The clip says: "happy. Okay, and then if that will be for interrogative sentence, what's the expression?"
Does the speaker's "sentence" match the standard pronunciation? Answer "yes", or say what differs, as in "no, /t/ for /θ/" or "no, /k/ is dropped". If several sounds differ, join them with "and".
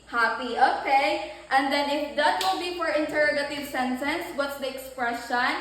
yes